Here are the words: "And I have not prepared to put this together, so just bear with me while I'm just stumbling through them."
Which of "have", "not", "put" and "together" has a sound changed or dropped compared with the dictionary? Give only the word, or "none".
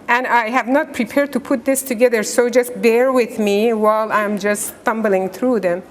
none